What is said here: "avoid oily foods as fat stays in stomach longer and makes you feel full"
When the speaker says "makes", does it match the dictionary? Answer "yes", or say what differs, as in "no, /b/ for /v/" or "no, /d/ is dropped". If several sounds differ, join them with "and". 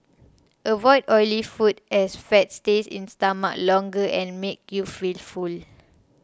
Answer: no, /s/ is dropped